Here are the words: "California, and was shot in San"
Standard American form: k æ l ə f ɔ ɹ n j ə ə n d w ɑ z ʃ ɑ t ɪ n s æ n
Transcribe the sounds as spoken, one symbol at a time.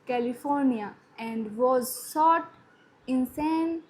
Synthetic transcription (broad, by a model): k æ l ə f ɔ ɹ n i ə ə n d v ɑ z s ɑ t ɪ n s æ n